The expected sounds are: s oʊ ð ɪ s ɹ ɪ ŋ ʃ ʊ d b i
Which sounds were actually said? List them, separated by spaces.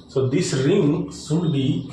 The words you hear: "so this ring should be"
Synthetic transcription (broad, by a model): s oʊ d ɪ s ɹ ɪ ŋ s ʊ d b i